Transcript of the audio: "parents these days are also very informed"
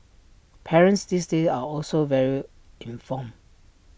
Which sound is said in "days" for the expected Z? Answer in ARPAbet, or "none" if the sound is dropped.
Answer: none